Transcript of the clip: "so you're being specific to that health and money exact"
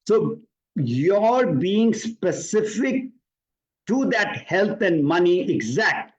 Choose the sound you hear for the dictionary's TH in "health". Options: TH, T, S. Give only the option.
T